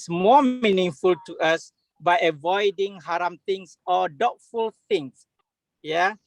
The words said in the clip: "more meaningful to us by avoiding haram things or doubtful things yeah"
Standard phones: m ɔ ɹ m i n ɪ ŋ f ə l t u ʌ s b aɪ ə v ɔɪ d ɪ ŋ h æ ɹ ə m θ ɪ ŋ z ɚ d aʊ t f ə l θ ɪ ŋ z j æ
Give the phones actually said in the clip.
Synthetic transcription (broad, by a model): m ɔ m i n ɪ ŋ f ə l t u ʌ s b aɪ ə v ɔɪ d ɪ ŋ h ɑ ɹ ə m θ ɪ ŋ s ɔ d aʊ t f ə l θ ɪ ŋ s j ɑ